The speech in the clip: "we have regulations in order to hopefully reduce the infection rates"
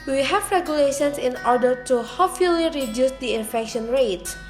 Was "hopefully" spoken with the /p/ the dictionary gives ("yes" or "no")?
no